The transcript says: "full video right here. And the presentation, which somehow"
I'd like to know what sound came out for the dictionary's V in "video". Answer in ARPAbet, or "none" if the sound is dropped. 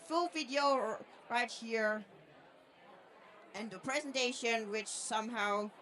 V